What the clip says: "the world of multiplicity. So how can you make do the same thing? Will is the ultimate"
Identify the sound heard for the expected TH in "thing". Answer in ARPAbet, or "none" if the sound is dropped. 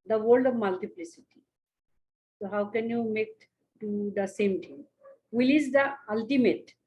T